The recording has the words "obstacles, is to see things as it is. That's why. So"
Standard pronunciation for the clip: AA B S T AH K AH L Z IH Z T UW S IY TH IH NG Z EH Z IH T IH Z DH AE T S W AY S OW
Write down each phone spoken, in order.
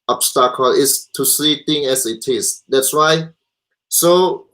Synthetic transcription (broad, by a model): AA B S T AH K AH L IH S T UW S IY T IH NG EH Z IH T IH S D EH T S W AY S OW